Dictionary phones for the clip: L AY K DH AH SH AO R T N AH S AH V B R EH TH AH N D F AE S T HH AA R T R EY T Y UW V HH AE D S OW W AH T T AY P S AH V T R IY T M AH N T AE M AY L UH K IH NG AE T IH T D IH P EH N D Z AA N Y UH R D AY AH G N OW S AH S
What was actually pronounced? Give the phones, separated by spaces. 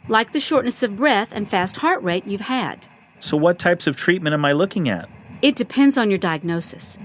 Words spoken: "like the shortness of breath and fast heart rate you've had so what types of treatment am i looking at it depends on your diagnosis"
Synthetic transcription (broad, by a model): L AY K DH AH SH AO R T N AH S AH V B R EH TH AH N F AE S T HH AA R T R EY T Y UW V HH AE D S OW W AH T T AY P S AH V T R IY T M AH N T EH M AY L UH K IH NG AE T IH T D IH P EH N D Z N Y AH R D AY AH G N OW S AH S